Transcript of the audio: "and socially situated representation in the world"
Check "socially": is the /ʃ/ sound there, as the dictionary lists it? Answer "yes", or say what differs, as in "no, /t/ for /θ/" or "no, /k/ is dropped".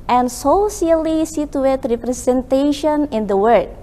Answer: no, /s/ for /ʃ/